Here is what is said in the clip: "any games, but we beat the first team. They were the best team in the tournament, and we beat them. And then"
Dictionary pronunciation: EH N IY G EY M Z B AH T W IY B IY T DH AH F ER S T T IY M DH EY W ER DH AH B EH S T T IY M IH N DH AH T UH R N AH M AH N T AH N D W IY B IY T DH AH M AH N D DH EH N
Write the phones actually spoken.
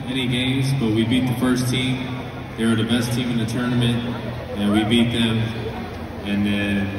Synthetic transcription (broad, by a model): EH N IY G EY M Z B AH T W IY B IY T DH AH F ER S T T IY M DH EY W ER DH AH B EH S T T IY M IH N DH AH T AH R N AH M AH N T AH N W IY B IY T DH AH M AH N N